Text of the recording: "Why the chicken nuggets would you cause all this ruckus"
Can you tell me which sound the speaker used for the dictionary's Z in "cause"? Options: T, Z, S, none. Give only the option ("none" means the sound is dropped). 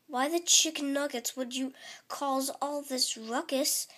Z